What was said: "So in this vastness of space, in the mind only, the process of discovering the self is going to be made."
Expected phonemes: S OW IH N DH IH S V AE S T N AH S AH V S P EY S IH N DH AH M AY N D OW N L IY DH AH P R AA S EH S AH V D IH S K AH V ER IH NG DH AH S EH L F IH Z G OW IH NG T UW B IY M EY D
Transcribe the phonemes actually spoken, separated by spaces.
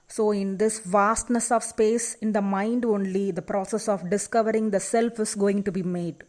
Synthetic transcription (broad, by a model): S OW IH N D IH S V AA S T N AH S AH V S P EY S IH N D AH M AY N D OW N L IY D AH P R AA S EH S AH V D IH S K AH V ER IH NG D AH S EH L F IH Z G OW IH NG T UW B IY M EY D